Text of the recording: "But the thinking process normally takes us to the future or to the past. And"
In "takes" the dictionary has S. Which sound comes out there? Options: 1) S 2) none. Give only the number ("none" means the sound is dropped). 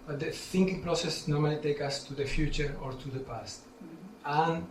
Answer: 2